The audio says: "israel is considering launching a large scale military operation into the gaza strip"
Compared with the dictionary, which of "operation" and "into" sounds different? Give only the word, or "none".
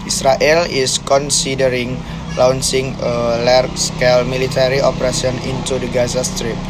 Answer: operation